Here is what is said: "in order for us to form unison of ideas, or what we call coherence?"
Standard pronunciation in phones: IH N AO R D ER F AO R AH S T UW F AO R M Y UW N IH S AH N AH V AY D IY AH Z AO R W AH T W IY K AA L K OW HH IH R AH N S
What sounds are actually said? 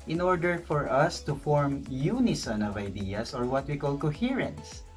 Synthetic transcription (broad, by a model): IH N AO R D ER F AO R AH S T UW F AO R M Y UW N IH S AH N AH V AY D IY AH S AO R W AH T W IY K AA L K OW HH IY R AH N S